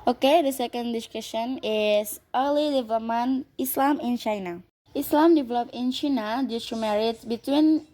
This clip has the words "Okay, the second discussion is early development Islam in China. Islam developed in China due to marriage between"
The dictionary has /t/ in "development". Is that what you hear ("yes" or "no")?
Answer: no